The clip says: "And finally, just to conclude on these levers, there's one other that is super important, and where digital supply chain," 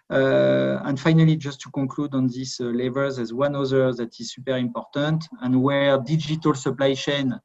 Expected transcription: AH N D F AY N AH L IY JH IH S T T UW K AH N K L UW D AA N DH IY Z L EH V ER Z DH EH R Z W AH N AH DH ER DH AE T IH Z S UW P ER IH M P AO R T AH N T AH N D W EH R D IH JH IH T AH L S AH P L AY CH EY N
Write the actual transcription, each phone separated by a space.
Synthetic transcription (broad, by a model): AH N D F AY N AH L IY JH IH S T T UW K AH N K L UW D AA N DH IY S L EH V ER Z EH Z W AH N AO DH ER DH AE T IH Z S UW P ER IH M P AO R T AH N T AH N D W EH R D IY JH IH T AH L S AH P L AY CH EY N